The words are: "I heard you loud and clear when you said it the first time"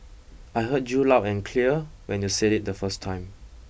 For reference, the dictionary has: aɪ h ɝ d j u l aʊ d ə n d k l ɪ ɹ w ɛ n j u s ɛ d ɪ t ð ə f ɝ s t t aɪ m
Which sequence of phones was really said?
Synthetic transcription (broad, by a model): aɪ h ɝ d j u l aʊ ə n k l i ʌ w ɛ n j u s ɛ d ɪ t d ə f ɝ s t t aɪ m